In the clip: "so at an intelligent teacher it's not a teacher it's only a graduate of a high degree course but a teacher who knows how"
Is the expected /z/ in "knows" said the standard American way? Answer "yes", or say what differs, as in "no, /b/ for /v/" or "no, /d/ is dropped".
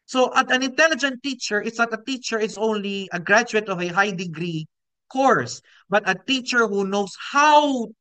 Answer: no, /s/ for /z/